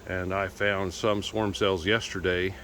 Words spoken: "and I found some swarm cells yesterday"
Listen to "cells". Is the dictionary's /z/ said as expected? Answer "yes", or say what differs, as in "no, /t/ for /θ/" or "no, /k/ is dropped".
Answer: yes